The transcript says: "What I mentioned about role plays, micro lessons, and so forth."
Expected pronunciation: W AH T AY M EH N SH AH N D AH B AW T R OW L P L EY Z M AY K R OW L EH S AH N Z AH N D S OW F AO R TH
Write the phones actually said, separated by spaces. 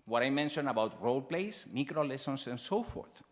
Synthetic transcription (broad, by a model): W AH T AY M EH N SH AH N AH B AW T R OW L P L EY S M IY K R OW L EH S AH N S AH N S OW F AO R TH